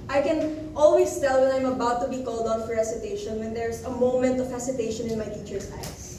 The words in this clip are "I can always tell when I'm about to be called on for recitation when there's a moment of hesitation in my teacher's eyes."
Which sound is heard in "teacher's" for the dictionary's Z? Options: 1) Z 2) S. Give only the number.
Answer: 2